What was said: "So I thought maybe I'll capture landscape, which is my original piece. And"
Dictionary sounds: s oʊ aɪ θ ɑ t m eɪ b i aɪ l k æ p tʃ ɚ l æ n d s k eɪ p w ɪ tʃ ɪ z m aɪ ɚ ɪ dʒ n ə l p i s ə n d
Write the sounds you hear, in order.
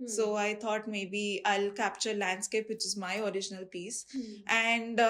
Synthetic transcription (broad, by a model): s oʊ aɪ t ɑ t m eɪ b i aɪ l k æ p tʃ ɚ l æ n d s k eɪ p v ɪ tʃ ɪ z m aɪ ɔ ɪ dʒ n ə l p i s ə n d